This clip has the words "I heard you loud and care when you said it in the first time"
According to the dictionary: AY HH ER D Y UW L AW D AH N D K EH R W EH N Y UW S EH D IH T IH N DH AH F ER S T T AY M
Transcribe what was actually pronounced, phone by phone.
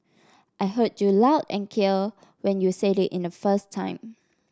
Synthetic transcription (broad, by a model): AY HH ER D Y UW L AW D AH N K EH L W EH N Y UW S EH D IH T IH N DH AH F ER S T T AY M